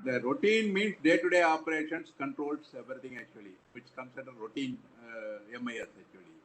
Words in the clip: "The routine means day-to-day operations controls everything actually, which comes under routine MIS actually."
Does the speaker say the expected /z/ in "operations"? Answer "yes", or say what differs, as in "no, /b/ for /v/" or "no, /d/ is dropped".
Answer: no, /s/ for /z/